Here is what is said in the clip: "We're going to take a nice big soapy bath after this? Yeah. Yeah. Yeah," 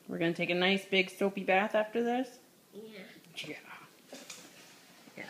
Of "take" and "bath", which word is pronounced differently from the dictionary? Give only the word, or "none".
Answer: none